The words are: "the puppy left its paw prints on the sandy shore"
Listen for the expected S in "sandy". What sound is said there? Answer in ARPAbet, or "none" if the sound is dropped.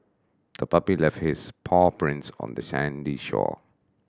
S